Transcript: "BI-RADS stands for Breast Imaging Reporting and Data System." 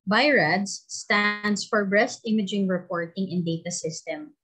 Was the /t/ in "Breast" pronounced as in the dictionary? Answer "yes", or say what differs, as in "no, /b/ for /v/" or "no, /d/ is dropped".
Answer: yes